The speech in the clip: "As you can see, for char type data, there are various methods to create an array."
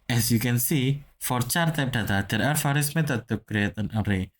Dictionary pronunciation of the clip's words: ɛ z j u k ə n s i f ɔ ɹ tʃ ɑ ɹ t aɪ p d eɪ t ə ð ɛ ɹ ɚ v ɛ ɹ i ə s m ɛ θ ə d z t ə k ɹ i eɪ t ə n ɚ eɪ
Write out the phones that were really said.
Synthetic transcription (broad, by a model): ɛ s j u k ə n s i f ɔ ɹ tʃ ɑ ɹ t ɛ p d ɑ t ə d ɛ ɹ ɚ f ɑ ɹ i s m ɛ t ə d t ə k ɹ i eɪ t ə n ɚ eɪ